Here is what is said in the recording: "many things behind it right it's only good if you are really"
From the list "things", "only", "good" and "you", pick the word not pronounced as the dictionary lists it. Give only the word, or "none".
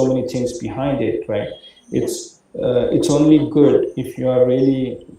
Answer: things